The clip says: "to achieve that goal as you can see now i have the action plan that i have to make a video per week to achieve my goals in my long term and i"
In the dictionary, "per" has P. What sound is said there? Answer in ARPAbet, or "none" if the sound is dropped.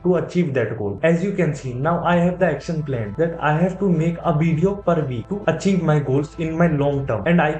P